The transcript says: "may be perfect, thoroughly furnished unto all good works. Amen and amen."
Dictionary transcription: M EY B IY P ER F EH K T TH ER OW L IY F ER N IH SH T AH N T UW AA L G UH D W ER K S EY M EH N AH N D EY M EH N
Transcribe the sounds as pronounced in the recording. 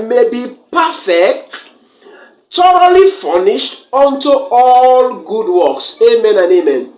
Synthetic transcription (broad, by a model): M EY B IY P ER F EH K T T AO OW L IY F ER N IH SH T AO N T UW AA L G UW D W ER K S EY M EH N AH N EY M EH N